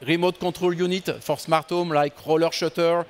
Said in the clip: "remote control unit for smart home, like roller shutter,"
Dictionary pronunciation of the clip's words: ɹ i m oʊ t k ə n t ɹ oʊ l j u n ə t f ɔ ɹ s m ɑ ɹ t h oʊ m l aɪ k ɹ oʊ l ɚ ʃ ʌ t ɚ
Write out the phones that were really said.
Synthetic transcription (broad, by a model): ɹ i m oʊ t k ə t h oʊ l j u n ə t f ɔ ɹ s m ɑ ɹ t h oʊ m l aɪ k ɹ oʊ l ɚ ʃ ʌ t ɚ